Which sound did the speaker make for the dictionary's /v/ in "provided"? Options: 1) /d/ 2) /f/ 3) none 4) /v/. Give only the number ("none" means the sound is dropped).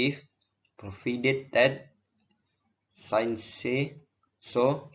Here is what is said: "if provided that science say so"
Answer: 2